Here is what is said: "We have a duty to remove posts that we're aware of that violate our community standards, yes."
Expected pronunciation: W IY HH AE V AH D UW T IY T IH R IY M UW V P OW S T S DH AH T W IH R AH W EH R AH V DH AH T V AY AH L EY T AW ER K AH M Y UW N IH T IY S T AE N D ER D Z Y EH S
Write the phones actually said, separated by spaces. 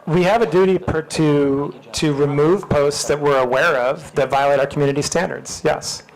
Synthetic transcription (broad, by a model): W IY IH V AH D UW T IY T IH R IY M UW V P OW S T S DH AH T W IH R AH W EH R AH V DH AH T V AY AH L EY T AW ER K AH M Y UW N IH T IY S T AE N D ER D Z Y EH S